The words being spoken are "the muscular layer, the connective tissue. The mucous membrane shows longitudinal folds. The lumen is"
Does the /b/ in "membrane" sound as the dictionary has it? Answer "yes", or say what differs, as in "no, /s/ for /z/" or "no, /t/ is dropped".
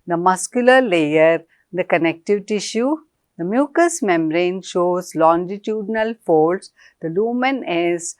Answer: no, /b/ is dropped